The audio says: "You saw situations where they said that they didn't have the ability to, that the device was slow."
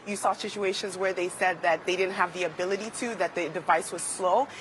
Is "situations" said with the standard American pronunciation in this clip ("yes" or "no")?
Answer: yes